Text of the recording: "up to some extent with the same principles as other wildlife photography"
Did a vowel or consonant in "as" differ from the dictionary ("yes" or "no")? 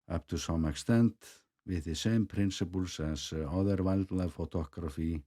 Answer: yes